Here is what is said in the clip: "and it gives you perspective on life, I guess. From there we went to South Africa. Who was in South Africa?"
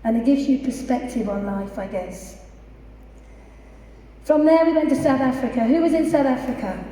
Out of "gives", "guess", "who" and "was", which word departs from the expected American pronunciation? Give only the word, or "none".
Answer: none